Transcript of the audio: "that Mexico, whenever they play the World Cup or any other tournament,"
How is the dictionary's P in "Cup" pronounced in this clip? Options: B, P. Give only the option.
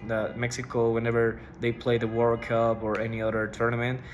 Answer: B